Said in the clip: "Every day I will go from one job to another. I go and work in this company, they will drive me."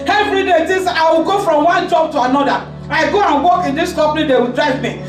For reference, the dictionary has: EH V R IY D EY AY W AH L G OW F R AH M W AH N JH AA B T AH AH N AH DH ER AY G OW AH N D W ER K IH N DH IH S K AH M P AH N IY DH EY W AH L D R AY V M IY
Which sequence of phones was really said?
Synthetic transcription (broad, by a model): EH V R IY D EY AY W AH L G OW F R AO M W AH N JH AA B T AH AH N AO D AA AY G OW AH N W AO K IH N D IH S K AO P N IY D EY W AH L D R AY V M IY